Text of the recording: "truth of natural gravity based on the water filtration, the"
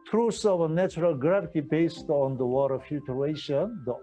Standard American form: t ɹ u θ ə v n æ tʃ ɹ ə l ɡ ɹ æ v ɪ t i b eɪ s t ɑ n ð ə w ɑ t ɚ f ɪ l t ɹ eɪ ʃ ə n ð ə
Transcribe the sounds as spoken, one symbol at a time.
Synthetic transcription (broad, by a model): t ɹ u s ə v n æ tʃ ɹ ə l ɡ ɹ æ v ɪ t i b eɪ s t ɑ n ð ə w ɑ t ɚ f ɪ t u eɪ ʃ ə n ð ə